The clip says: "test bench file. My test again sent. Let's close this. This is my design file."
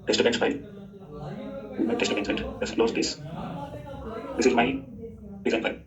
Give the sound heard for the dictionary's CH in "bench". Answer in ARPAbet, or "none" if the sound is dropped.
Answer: S